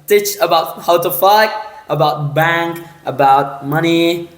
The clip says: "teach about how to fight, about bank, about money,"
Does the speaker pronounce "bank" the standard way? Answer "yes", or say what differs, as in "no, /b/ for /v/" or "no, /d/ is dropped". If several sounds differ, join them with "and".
yes